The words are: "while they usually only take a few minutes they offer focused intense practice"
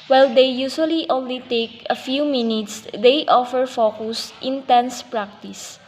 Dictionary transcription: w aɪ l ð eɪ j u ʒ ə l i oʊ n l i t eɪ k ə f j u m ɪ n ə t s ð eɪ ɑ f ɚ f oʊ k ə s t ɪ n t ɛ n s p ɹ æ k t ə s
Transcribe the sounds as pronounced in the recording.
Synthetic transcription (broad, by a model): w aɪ l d eɪ j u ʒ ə l i oʊ n l i t eɪ k ə f j u m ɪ n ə t s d eɪ ɑ f ɚ f oʊ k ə s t ɪ n t ɛ n s p ɹ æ k t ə s